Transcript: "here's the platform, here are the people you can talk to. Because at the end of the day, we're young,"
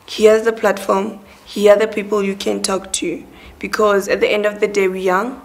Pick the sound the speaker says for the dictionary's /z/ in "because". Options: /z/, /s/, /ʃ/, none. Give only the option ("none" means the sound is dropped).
/z/